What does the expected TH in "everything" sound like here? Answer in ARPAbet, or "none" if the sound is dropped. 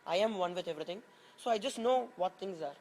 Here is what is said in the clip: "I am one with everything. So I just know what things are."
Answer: T